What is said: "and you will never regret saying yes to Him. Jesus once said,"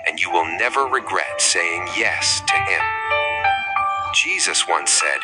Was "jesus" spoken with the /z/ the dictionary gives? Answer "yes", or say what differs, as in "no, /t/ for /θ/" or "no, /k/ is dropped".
yes